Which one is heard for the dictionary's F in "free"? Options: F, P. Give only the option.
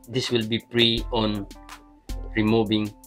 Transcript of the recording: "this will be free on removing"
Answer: P